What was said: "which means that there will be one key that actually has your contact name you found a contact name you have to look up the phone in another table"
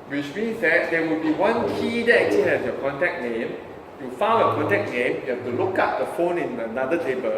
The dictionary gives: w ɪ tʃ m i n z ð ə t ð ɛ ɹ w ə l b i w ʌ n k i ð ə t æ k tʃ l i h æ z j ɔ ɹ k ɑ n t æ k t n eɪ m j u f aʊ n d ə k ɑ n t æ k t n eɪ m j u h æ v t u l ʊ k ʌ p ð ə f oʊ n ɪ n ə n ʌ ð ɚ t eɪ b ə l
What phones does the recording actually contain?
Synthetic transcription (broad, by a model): w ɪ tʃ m i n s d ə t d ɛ w ə l b i w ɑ n k i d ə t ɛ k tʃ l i h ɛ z j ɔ k ɑ n t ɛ k n eɪ m j u f aʊ n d ə k ɑ n t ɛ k n eɪ m j u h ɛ f t u l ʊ k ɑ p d ə f oʊ n ɪ n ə n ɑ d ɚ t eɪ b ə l